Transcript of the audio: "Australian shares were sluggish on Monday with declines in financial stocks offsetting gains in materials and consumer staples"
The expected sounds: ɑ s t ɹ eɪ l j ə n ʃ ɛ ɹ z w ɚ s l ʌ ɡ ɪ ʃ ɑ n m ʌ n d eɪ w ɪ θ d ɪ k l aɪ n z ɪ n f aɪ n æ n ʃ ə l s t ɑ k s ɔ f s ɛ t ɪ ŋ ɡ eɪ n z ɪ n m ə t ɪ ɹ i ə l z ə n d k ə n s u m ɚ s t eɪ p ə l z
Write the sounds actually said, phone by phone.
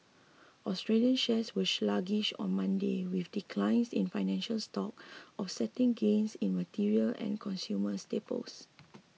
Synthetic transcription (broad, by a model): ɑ s t ɹ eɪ l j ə n ʃ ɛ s w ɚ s l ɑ ɡ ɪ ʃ ɑ n m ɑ n d eɪ w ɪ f d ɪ k l aɪ n s ɪ n f aɪ n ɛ n ʃ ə l s t ɑ k ɔ f s ɛ t ɪ ŋ ɡ eɪ n s ɪ n m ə t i ɹ i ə l ə n k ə n s u m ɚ s t eɪ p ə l s